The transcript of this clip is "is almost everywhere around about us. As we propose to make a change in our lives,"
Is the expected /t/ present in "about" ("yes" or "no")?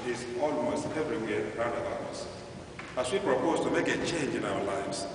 no